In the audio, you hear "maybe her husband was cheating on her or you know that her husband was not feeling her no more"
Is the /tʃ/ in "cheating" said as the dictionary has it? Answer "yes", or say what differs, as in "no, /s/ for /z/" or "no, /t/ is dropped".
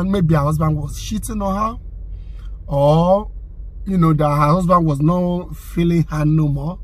no, /ʃ/ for /tʃ/